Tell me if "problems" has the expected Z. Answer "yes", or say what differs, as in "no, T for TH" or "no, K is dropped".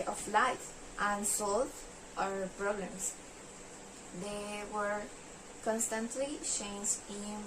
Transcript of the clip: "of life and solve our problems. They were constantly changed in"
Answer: no, S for Z